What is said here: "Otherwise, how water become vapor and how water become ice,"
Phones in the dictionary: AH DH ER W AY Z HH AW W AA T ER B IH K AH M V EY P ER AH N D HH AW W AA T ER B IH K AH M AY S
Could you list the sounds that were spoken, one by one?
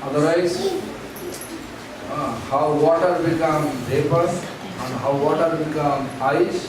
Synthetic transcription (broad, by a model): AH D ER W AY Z HH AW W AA T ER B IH K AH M B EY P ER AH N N HH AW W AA T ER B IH K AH M AY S